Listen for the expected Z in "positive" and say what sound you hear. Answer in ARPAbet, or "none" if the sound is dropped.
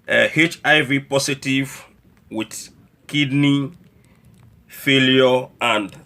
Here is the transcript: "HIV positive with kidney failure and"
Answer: S